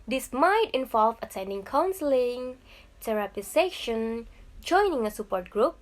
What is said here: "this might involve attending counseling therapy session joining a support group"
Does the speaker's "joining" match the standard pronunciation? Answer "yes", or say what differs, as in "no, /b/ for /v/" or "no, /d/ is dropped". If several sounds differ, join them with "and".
yes